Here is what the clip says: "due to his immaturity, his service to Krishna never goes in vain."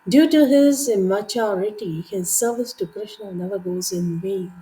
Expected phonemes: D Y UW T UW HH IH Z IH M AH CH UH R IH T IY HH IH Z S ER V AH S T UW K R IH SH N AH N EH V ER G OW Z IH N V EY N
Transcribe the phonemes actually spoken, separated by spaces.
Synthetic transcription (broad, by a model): D Y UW T UW HH IH Z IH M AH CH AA R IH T IY HH IH Z S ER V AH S T UW K R IH SH N AH N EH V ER G OW Z IH N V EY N